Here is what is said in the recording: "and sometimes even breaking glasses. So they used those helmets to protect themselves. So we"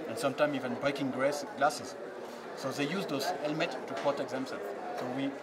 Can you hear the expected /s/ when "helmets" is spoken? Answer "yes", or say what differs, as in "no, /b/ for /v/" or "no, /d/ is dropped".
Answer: no, /s/ is dropped